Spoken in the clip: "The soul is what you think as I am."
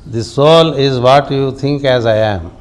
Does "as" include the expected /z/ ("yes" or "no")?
yes